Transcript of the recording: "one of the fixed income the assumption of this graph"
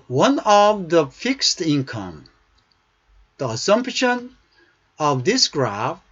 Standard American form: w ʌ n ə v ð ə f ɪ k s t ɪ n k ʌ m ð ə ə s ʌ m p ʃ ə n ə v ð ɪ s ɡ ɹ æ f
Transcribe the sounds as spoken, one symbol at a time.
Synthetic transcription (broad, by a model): w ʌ n ə v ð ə f ɪ k s t ɪ n k ʌ m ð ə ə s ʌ m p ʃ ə n ə v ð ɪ s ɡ ɹ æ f